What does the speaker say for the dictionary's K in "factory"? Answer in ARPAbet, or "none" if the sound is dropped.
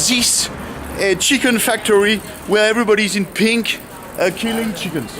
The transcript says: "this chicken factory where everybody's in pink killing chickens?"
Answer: K